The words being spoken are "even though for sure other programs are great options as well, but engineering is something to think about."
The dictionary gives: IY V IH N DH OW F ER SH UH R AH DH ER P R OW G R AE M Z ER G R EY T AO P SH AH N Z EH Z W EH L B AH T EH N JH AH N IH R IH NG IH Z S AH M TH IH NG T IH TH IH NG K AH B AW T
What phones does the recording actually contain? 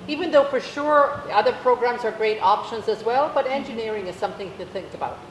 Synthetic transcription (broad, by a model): IY V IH N DH OW F ER SH UH R AH DH ER P R OW G R AE M Z ER G R EY T AO P SH AH N Z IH Z W EH L B AH T EH N JH AH N IH R IH NG IH Z S AH M TH IH NG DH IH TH IH NG K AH B AW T